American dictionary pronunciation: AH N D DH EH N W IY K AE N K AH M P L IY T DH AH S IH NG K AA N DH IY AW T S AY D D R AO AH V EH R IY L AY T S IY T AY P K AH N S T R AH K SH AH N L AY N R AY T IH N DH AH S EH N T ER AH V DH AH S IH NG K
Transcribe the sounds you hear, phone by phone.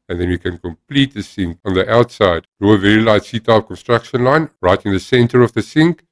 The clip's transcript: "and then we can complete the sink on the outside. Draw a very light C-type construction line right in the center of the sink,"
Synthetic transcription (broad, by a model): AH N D DH EH N W IY K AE N K AH M P L IY T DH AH S IH NG K AA N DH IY AW T S AY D D R AO AH V EH R IY L AY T S IY T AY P K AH N S T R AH K SH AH N L AY N R AY T IH N DH AH S EH N T ER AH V DH AH S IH NG K